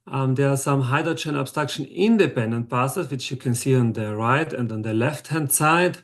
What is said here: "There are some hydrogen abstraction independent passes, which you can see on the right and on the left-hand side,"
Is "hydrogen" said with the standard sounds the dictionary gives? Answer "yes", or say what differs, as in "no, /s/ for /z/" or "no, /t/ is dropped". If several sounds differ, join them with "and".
no, /ɹ/ is dropped and /tʃ/ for /dʒ/